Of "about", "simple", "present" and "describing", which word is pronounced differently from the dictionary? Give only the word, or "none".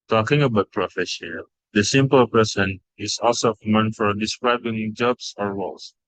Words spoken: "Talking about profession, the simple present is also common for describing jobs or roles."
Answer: present